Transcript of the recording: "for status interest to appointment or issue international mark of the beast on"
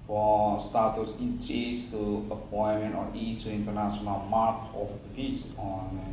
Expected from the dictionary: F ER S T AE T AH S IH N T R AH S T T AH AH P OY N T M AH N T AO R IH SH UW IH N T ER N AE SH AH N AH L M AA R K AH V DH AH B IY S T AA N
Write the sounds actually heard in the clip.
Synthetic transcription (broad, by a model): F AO S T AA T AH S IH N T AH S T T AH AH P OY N M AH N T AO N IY S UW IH N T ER N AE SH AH N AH L M AA R K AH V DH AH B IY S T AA N